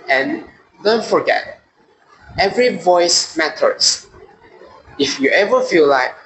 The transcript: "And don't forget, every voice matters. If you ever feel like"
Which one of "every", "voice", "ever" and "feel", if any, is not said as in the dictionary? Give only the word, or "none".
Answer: none